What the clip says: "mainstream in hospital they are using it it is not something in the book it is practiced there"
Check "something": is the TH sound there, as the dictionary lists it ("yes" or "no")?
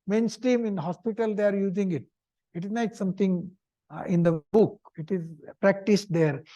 no